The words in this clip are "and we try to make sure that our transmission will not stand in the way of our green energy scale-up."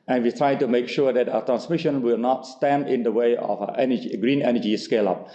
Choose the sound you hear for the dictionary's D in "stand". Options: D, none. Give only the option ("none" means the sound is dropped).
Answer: D